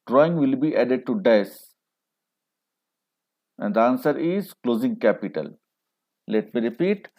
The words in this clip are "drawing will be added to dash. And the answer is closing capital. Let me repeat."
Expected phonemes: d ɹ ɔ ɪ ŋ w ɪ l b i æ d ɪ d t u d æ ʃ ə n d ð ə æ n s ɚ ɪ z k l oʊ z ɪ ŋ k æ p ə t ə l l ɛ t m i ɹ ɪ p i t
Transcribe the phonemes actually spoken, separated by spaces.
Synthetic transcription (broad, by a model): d ɹ ɔ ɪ ŋ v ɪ l b i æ d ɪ d t u d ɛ s ə n d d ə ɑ n s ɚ ɪ z k l oʊ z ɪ ŋ k æ p ə t ə l l ɛ t m i ɹ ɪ p i t